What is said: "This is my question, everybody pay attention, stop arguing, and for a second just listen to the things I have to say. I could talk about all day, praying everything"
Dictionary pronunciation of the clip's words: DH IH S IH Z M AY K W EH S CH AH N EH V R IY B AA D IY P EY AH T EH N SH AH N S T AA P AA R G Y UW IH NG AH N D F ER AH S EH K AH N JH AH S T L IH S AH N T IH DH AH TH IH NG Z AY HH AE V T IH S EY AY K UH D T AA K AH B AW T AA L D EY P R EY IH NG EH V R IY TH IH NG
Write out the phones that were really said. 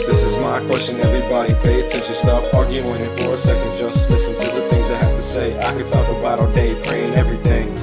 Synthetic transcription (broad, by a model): DH IH S IH Z M AY K W EH S CH AH N EH V R IY B AA D IY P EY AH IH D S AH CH S T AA F AA R G Y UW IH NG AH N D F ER AH S EH K AH N JH AH S T L IH S AH N T IH DH AH TH IH NG Z AY HH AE F T IH S EY AY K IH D T AA K AH B AW T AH D EY P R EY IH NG EH V R IY TH IH NG